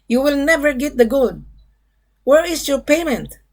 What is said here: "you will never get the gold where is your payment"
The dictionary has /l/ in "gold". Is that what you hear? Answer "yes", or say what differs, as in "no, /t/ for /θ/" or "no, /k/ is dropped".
no, /l/ is dropped